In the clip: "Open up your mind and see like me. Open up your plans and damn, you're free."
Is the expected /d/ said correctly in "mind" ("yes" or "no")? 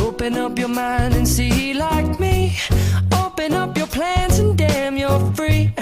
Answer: yes